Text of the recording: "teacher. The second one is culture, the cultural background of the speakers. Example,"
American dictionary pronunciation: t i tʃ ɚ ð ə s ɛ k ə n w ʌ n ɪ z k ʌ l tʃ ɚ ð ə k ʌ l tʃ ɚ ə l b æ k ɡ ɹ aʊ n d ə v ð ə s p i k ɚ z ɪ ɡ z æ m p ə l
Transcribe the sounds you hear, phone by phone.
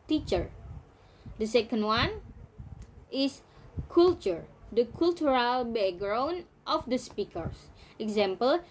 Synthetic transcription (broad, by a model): t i tʃ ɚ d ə s ɛ k ə n w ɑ n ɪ s k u l tʃ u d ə k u l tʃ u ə l b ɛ ɡ ɹ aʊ n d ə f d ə s p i k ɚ s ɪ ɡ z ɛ m p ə l